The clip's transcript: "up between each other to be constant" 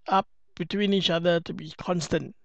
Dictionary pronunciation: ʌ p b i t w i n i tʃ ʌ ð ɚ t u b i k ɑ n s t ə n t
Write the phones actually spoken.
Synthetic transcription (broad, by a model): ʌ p b i t w i n i tʃ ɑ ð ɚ t u b i k ɑ n s t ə n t